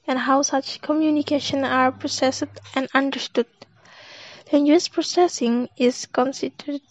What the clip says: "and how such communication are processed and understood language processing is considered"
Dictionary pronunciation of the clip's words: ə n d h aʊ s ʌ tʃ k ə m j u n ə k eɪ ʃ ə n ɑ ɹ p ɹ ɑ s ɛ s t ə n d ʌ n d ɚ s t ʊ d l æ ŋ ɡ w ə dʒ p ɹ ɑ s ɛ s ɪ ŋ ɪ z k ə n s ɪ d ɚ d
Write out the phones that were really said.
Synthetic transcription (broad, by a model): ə n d h aʊ s ʌ tʃ k ə m j u n ə k eɪ ʃ ə n ɑ ɹ p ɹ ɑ s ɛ s t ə n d ʌ n d ɚ s t ʊ d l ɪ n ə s p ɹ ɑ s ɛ s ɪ ŋ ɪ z k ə n s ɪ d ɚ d